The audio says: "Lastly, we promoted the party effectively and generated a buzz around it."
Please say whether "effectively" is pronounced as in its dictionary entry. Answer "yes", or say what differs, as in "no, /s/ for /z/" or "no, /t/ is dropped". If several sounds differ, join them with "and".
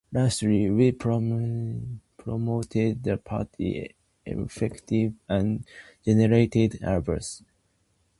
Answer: no, /l/ is dropped